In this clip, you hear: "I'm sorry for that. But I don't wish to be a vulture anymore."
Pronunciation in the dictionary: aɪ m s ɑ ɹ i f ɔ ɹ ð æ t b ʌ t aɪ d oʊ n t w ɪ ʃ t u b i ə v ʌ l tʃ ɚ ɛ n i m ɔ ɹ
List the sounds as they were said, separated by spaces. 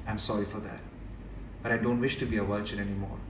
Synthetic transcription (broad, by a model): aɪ m s ɑ ɹ i f ɔ ɹ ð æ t b ʌ t aɪ d oʊ n t w ɪ ʃ t u b i ə w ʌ tʃ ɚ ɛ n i m ɔ ɹ